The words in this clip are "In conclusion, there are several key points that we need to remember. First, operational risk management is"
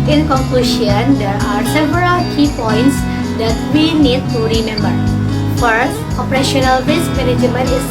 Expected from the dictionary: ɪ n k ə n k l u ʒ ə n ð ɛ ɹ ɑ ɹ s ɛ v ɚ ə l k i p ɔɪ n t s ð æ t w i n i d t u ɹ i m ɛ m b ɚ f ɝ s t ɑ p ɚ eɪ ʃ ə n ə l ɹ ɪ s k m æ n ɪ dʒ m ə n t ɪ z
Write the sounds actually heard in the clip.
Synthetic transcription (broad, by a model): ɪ n k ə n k l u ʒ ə n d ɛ ɹ ɑ ɹ s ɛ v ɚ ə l k i p ɔɪ n t s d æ t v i n i d t u ɹ i m ɛ m b ɚ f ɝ t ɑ p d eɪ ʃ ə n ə l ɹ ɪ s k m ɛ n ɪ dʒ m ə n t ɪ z